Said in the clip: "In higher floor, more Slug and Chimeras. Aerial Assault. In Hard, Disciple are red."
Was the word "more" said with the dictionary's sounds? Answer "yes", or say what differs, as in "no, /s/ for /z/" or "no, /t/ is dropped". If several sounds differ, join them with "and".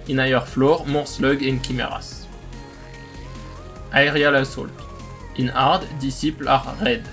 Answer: yes